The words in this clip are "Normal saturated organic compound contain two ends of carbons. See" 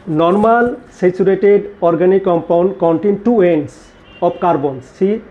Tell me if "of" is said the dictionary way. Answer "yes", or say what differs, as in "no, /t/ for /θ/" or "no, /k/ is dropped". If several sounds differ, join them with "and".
no, /b/ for /v/